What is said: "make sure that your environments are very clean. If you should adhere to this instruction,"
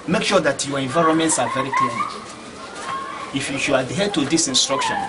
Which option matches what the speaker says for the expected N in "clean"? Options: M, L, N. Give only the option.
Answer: L